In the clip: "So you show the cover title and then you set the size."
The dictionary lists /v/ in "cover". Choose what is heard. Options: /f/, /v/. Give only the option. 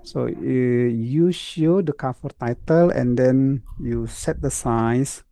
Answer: /f/